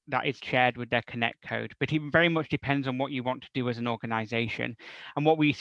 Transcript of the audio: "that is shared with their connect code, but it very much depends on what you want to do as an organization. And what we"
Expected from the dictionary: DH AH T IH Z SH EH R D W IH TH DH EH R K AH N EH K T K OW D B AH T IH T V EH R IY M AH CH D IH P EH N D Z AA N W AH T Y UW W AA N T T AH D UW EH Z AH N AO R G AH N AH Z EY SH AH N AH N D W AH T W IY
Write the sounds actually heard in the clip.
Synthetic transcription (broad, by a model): DH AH T IH Z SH EH R D W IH DH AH R K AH N EH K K OW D B AH T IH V V EH R IY M AH CH D IH P EH N D Z N W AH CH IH W AA N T T AH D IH Z AH N AO R G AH N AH Z EY SH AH N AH N W AH T W IY